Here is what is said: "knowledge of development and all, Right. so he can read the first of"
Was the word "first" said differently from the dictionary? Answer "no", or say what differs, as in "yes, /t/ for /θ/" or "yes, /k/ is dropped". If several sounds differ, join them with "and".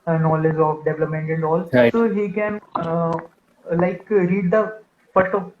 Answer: yes, /s/ is dropped